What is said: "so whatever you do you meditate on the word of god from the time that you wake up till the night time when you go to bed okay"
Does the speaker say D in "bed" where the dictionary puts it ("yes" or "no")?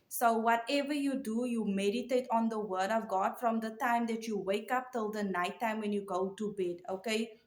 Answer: yes